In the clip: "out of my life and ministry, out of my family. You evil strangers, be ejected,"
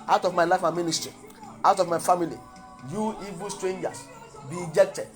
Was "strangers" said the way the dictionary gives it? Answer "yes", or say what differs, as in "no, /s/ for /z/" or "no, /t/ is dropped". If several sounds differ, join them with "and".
no, /s/ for /z/